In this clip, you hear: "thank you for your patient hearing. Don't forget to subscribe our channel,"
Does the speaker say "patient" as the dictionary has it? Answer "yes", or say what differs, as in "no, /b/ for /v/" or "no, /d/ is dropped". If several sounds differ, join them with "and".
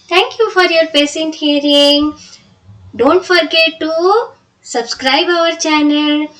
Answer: no, /s/ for /ʃ/